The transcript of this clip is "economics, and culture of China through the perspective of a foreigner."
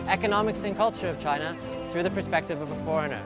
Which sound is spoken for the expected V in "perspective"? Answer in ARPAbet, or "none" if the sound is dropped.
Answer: V